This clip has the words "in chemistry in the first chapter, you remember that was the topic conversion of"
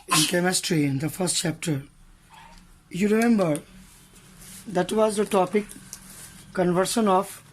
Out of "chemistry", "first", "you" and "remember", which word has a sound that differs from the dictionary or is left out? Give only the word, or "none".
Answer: none